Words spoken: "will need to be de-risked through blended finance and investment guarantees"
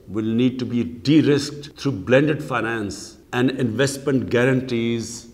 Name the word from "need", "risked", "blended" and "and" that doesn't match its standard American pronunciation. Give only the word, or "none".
none